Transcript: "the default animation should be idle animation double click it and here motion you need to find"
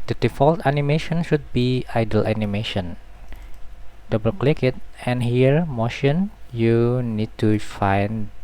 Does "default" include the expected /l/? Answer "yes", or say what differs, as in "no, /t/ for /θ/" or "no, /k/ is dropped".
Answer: yes